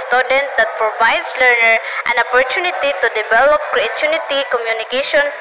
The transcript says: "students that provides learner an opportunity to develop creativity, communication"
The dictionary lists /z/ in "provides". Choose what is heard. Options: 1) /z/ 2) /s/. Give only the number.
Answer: 2